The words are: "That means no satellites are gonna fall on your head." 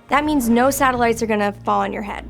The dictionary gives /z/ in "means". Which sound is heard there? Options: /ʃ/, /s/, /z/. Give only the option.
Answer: /z/